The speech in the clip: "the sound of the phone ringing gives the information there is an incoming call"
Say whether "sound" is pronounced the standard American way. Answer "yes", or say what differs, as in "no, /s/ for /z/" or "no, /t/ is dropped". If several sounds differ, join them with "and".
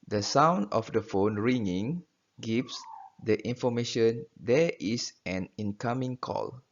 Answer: yes